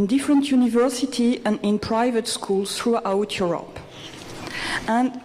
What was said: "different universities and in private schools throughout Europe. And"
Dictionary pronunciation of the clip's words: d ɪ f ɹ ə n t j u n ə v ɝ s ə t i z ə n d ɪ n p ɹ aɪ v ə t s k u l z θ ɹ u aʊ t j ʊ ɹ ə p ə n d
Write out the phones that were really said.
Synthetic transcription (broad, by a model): d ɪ f ɹ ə n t j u n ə v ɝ s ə t i ə n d ɪ n p ɹ aɪ v ə t s k u l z θ ɹ u aʊ t j ʊ ɹ ə p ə n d